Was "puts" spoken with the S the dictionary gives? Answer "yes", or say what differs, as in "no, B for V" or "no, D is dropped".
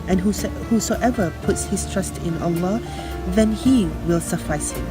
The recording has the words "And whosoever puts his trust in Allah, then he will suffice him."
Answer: yes